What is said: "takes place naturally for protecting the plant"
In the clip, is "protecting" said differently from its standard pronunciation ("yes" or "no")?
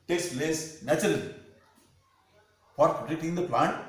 yes